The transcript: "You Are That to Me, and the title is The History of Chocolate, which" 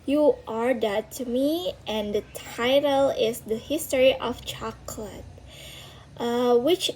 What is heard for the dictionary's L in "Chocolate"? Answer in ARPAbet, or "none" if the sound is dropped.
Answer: L